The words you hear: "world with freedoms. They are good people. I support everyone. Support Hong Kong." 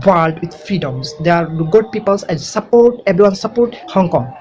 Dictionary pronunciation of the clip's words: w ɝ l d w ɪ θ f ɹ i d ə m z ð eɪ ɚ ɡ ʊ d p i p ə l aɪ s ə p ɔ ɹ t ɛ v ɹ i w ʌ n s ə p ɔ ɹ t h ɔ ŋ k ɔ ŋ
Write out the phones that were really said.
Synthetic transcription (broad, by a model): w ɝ l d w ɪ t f ɹ i d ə m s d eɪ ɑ ɡ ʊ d p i p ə l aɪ s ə p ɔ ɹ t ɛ b ɹ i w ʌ n s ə p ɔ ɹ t h ɔ ŋ k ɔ ŋ